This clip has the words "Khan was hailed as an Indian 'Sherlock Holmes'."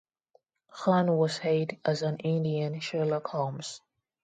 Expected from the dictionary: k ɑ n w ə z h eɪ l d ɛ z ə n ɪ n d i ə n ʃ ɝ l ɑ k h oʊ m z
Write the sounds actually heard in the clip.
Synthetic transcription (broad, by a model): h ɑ n w ə z h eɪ d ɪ z ə n ɪ n d i ə n ʃ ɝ l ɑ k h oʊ m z